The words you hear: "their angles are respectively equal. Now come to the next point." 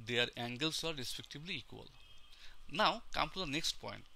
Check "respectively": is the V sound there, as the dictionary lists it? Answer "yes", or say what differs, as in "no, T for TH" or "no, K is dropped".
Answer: no, B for V